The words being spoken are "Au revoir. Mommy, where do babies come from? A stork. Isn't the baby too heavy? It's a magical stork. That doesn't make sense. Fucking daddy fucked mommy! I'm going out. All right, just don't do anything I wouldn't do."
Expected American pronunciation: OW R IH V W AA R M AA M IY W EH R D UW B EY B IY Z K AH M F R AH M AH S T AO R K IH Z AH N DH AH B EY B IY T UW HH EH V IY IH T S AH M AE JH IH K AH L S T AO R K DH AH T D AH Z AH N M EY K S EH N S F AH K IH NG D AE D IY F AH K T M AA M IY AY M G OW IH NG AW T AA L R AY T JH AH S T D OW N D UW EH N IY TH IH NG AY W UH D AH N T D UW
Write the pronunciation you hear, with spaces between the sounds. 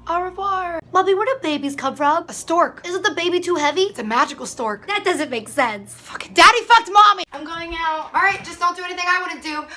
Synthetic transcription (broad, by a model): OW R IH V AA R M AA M IY W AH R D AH B EY B IY Z K AH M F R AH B AH S T AO R K IH Z AH N DH AH B EY B IY T UW HH EH V IY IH T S AH M AE JH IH K L S T AO R K DH AH T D AH Z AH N M EY K S EH N S F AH K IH D AE D IY F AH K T M AA M IY AY M G OW IH NG AW T AA L R AY T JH AH S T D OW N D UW EH N IY TH IH NG AY W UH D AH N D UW